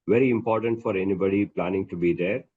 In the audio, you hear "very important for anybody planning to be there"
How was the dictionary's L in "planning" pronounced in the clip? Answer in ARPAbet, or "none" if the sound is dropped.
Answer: L